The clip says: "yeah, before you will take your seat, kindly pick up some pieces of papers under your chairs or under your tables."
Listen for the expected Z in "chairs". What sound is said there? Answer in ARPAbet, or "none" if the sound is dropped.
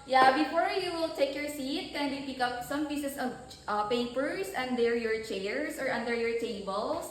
S